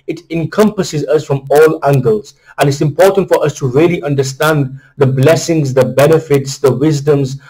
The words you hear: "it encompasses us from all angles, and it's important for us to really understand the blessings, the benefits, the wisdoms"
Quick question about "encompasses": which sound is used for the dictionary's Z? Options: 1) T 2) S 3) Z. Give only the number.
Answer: 3